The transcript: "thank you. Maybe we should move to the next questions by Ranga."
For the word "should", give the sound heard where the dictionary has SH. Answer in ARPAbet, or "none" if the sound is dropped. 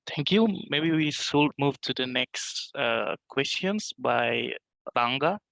S